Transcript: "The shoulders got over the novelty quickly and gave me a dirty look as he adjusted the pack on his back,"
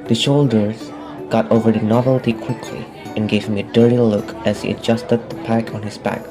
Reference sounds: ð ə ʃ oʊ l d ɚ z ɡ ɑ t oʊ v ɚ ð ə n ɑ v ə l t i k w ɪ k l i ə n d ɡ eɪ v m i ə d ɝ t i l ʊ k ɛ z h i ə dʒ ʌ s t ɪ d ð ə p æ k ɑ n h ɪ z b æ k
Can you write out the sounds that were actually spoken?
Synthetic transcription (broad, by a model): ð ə ʃ oʊ l d ɚ z ɡ ɑ t oʊ v ɚ ð ə n ɑ v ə l t i k w ɪ k l i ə n ɡ eɪ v m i ə d ɝ t i l ʊ k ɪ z h i ə dʒ ʌ s t ɪ d ð ə p æ k n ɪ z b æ k